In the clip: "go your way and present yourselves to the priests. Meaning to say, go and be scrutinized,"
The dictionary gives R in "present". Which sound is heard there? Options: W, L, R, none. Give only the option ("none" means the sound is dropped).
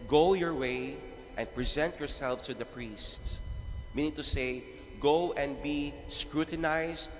R